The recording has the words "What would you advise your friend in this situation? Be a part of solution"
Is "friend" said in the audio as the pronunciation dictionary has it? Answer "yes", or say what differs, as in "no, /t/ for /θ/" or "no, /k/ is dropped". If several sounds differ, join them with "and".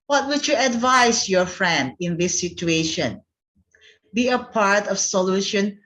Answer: yes